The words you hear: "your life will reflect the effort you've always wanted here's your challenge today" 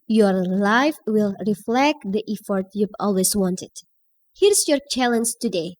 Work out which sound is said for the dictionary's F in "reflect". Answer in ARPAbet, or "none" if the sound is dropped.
F